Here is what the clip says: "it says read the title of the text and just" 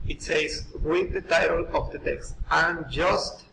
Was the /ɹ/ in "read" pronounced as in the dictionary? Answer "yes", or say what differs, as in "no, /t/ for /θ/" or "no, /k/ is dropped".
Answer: no, /w/ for /ɹ/